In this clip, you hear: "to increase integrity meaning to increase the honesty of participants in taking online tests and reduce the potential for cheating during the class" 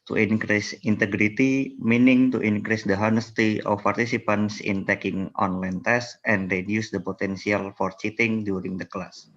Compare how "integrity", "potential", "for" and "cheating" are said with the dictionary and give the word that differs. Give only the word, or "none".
potential